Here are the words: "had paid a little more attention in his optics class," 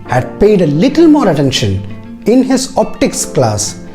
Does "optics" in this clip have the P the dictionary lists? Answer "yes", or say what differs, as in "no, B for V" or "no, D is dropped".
yes